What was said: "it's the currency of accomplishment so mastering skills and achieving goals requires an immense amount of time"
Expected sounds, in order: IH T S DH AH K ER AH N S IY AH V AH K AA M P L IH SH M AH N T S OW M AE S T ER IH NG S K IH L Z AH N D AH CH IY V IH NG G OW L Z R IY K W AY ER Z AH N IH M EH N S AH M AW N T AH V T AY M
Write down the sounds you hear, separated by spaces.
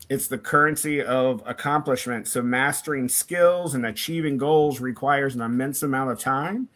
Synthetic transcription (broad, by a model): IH T S DH AH K ER AH N S IY AH V AH K AA M P L IH SH M AH N T S OW M AE S T ER IH NG S K IH L Z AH N AH CH IY V IH NG G OW L Z R IY K W AY ER Z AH N IH M EH N S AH M AW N T AH V T AY M